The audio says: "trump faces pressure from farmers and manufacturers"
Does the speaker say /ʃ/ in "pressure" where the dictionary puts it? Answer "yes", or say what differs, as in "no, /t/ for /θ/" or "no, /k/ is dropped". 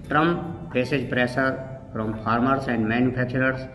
no, /s/ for /ʃ/